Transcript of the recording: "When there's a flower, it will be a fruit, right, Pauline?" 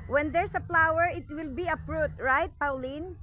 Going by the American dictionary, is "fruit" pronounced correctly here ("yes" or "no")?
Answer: no